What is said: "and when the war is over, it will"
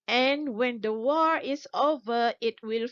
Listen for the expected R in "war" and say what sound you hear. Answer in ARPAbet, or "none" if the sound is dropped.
R